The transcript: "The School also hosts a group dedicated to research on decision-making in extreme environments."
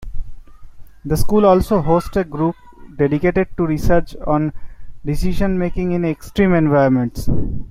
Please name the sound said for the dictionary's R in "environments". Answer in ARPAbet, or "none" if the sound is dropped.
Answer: none